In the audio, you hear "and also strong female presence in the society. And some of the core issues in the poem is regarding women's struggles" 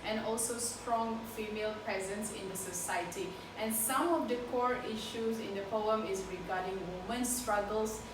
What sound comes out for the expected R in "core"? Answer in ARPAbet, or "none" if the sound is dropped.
R